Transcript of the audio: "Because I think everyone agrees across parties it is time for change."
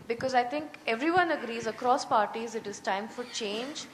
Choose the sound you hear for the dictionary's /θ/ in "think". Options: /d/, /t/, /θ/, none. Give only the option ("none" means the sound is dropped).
/t/